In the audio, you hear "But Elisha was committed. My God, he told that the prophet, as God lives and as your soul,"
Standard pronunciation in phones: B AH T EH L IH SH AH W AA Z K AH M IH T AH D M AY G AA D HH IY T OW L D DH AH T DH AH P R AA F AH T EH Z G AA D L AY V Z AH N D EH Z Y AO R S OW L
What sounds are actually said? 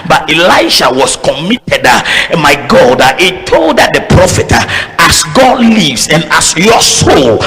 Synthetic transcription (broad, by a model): B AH T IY L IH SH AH W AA S K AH M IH T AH D M AY G AA D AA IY T OW L D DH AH T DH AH P R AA F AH T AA S G AA D L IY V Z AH N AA S Y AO S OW L